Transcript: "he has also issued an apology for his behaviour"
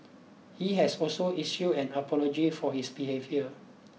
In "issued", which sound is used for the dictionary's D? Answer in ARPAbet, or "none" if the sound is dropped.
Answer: none